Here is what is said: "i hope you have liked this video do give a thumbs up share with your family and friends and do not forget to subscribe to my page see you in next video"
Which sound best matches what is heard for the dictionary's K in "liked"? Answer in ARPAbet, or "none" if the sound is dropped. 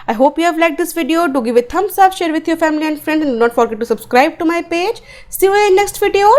none